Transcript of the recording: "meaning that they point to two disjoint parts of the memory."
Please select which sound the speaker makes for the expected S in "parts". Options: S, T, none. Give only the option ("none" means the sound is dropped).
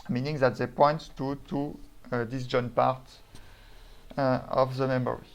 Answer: none